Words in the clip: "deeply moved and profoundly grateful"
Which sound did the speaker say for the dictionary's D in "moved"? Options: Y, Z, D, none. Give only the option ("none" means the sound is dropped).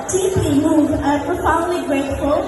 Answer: none